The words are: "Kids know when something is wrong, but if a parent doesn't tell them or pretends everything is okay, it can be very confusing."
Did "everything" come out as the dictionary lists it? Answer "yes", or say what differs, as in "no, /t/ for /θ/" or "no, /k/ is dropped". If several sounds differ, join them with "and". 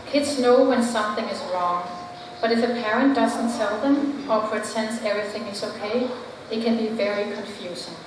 yes